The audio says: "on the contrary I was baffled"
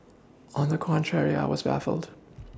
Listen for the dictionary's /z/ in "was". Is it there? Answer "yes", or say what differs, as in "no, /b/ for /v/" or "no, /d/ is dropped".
yes